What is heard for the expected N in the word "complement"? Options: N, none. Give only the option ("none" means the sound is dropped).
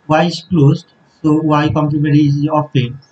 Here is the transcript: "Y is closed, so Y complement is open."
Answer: none